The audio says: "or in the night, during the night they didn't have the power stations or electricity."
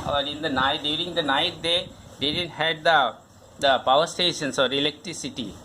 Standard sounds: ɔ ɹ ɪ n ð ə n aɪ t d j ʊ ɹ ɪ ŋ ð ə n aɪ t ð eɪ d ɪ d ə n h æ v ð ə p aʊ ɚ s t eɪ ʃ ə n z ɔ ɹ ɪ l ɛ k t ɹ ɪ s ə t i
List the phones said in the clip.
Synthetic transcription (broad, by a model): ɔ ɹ ɪ n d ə n aɪ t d j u ɹ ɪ ŋ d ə n aɪ t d eɪ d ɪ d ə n h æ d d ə p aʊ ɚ s t eɪ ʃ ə n s ɔ ɹ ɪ l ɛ k t ɹ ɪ s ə t i